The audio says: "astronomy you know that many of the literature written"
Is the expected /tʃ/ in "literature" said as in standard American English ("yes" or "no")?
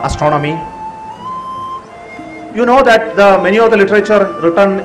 yes